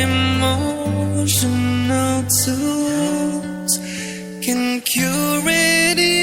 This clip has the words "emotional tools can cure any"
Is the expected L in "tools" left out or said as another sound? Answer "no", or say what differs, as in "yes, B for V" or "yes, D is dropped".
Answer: yes, L is dropped